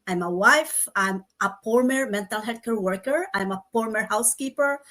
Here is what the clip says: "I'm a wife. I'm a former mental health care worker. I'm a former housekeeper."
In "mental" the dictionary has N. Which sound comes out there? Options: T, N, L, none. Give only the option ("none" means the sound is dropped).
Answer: N